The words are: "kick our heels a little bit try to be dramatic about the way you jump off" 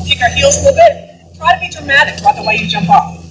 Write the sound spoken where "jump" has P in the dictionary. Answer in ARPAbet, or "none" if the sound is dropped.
P